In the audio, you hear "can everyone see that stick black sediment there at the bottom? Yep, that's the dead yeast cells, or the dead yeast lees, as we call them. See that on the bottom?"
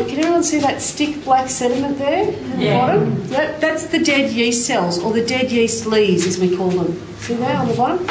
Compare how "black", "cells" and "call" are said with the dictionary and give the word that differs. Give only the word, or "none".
none